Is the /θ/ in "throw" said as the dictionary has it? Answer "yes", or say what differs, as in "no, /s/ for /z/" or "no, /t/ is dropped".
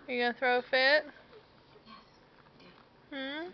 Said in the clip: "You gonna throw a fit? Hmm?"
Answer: yes